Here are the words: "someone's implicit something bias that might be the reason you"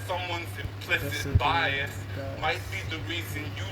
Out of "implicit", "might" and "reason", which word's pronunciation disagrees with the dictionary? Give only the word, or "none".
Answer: none